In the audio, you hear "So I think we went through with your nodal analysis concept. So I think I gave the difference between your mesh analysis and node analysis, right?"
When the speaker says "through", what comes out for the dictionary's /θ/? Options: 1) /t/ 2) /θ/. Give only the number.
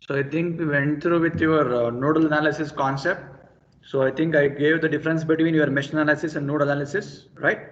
1